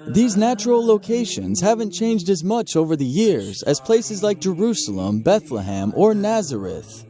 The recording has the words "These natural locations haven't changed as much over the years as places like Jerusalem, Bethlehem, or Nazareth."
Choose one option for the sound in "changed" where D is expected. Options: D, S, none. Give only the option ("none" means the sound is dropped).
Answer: D